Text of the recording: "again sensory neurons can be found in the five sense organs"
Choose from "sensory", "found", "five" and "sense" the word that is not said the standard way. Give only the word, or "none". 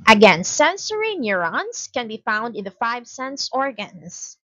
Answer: none